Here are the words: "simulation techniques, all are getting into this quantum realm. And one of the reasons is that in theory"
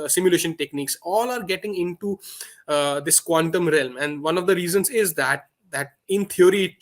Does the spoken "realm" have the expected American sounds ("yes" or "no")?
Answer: yes